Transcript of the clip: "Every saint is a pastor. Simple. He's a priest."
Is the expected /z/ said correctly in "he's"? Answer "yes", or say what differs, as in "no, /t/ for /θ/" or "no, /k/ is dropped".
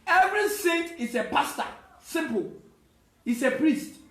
no, /s/ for /z/